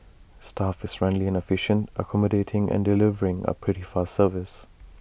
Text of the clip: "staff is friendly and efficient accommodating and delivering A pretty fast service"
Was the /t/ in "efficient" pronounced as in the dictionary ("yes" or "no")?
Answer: yes